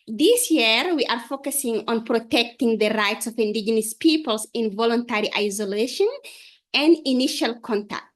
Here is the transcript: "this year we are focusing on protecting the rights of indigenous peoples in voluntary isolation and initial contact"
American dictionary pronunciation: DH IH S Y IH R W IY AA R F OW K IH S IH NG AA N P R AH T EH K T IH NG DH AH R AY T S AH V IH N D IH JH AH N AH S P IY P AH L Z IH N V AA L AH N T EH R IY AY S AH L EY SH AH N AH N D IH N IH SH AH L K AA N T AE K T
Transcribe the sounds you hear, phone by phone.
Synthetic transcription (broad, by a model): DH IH S Y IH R W IY AA R F OW K IH S IH NG AA N P R AH T EH K T IH NG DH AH R AY T S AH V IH N D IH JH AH N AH S P IY P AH L S IH N V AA L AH N T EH R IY AY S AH L EY SH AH N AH N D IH N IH SH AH L K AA N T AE K T